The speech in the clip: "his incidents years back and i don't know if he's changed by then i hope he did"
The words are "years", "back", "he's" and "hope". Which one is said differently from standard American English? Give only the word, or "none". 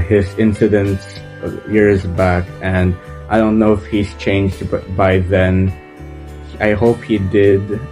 none